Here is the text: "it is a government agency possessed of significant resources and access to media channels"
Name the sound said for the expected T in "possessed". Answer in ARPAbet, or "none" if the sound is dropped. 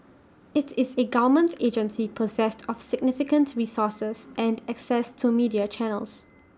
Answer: T